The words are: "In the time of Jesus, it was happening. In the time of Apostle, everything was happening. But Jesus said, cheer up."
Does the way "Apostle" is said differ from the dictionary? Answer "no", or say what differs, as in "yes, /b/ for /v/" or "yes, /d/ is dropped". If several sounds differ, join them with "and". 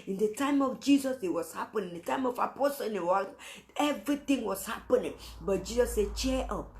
yes, /w/ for /l/